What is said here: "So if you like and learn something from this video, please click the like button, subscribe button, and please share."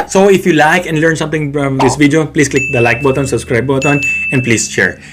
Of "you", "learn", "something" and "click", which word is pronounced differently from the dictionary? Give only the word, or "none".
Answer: something